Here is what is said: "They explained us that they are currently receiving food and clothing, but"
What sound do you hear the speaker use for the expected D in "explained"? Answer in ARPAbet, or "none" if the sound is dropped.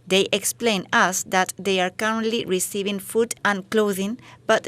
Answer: none